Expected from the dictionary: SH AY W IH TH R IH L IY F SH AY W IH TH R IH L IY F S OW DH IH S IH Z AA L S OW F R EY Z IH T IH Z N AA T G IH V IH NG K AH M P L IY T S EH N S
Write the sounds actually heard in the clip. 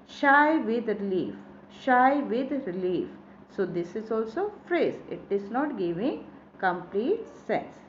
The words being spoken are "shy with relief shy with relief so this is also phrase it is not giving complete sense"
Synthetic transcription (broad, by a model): SH AY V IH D R IH L IY F SH AY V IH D R IH L IY F S OW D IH S IH Z AA L S OW F R EY Z IH T IH Z N AA T G IH V IH NG K AH M P L IY T S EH N S